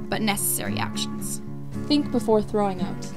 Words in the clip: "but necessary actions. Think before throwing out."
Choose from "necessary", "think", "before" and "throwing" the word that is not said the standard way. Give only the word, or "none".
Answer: none